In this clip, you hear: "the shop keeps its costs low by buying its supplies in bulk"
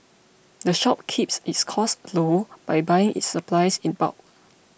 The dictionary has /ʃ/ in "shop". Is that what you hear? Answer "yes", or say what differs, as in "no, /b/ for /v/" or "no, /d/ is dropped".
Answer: yes